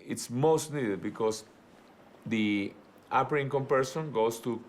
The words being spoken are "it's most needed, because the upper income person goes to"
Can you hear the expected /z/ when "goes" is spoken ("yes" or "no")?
no